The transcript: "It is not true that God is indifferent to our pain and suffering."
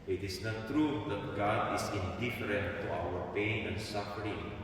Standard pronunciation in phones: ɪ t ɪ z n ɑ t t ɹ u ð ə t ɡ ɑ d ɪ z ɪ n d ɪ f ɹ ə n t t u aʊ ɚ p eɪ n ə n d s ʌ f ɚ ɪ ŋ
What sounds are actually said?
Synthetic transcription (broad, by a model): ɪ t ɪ s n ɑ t t ɹ u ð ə t ɡ ɑ d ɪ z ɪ n d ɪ f ɹ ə n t t u aʊ ɚ p eɪ n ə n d s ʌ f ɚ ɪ ŋ